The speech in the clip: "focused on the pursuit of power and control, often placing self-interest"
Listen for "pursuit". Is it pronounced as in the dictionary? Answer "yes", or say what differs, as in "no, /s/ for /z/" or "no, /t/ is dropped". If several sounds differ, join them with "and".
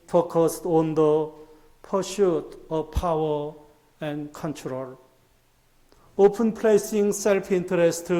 no, /ʃ/ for /s/